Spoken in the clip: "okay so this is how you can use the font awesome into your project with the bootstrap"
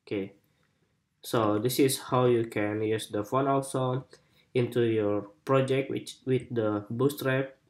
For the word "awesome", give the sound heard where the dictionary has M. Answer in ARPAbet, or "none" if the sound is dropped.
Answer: none